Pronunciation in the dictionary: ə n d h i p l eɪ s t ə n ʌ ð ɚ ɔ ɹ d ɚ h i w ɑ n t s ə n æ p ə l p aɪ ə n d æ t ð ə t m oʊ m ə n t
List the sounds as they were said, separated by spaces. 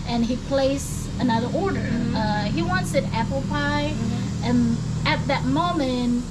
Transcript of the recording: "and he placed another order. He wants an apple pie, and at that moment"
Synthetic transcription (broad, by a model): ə n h i p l eɪ s ə n ʌ ð ɚ ɔ ɹ d ɚ h i w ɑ n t s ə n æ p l p aɪ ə n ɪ t ð ə t m oʊ m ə n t